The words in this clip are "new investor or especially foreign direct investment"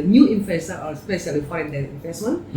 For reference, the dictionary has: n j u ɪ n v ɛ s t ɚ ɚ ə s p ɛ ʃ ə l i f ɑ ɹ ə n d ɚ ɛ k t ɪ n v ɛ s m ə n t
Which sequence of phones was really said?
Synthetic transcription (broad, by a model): n j u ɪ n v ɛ s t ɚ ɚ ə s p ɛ s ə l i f ɑ ə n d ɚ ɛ t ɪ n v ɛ s m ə n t